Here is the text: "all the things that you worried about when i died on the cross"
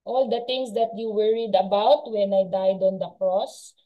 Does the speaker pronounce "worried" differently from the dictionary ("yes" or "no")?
no